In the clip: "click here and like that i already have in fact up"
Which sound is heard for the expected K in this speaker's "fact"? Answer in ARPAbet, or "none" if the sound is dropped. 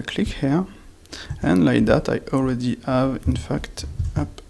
K